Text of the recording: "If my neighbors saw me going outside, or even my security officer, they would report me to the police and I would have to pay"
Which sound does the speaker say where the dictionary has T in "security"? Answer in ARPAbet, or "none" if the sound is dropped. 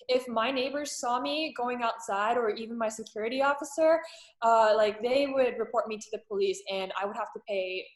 T